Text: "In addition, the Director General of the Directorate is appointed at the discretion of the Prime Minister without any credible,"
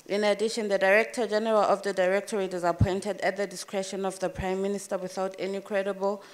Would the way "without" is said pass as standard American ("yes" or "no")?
yes